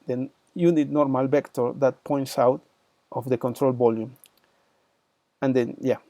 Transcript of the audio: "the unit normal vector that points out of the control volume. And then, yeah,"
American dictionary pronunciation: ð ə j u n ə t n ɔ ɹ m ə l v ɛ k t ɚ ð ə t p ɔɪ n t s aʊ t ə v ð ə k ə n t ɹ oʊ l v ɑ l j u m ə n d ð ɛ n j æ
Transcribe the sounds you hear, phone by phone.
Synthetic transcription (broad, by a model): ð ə j u n ə t n ɔ ɹ m ə l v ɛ k t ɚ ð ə t p ɔɪ n t s aʊ t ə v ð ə k ə n t ɹ oʊ l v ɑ l j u m ə n d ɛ n j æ